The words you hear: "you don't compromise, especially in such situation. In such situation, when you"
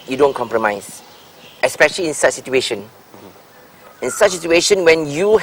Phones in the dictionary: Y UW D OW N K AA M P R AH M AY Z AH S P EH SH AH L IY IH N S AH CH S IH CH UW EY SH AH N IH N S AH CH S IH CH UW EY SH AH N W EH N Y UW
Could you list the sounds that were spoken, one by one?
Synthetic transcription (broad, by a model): Y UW D OW N K AA M P R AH M AY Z AH S P EH SH AH L IY IH N S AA CH S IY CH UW EY SH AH N IH N S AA CH S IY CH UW EY SH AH N W EH N Y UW